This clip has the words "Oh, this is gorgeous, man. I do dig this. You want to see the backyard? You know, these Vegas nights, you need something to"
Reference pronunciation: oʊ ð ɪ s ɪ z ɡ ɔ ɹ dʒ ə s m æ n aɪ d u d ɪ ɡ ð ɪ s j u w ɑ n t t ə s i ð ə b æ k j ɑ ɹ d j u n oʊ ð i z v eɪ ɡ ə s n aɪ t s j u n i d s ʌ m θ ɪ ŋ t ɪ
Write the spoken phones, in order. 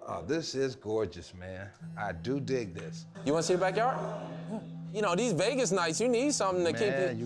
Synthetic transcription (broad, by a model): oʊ ð ɪ s ɪ z ɡ ɔ ɹ dʒ ə s m æ n aɪ d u d ɪ ɡ ð ɪ s j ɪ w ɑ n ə s i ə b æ k j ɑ ɹ j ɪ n oʊ ð i z v eɪ ɡ ə s n aɪ t s j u n i d s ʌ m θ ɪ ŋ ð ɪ